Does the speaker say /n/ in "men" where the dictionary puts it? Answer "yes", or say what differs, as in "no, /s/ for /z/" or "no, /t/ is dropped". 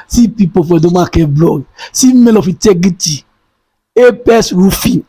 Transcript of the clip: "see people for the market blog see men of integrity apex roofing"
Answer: no, /l/ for /n/